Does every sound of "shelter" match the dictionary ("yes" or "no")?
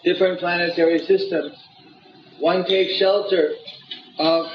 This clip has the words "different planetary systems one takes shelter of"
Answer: yes